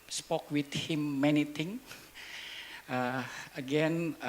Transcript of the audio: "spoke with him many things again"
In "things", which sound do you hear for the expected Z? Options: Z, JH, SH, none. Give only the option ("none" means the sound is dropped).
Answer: none